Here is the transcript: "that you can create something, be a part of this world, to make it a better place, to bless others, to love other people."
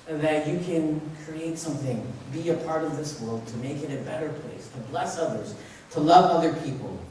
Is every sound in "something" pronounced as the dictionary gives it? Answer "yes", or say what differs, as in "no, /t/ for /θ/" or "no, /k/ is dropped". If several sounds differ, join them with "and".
yes